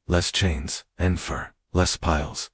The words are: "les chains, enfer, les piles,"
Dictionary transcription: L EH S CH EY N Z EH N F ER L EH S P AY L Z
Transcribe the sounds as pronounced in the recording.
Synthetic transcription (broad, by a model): L EH S CH EY N Z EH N F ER L EH S P AY L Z